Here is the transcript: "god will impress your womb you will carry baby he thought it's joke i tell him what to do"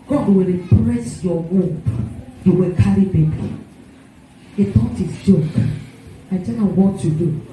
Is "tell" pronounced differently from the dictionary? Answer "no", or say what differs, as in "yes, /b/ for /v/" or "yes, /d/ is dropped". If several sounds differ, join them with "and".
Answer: yes, /n/ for /l/